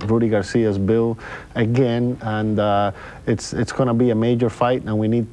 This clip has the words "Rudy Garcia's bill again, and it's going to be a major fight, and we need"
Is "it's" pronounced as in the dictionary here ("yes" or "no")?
yes